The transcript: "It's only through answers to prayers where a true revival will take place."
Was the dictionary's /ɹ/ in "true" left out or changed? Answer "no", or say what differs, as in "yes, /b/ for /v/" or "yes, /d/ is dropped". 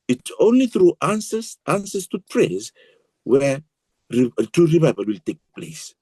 yes, /ɹ/ is dropped